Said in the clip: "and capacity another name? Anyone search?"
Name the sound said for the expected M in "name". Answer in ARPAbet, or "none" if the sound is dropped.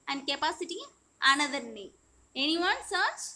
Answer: none